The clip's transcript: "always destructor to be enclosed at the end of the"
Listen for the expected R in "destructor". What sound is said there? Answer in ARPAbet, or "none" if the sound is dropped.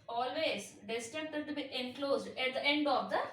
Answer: none